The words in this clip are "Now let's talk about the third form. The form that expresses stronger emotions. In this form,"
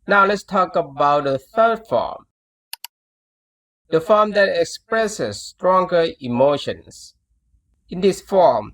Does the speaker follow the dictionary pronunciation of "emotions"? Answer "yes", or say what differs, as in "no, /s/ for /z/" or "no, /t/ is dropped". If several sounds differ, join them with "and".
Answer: no, /s/ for /z/